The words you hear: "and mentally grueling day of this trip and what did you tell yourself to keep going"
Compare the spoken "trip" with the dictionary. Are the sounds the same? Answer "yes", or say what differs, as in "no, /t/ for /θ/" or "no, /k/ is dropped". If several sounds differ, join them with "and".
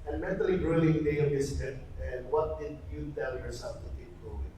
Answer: no, /ɹ/ is dropped